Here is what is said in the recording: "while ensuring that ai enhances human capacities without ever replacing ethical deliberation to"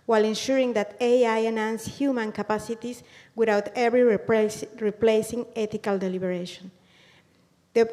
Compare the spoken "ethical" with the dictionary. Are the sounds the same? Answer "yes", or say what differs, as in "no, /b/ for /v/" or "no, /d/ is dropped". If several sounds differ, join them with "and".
no, /t/ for /θ/